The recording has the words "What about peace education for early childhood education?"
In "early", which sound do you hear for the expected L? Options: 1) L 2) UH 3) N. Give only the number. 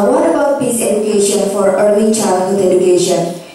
3